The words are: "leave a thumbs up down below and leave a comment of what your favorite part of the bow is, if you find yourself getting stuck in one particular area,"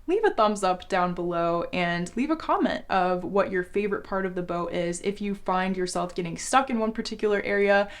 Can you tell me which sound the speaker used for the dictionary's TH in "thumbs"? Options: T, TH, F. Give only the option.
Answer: TH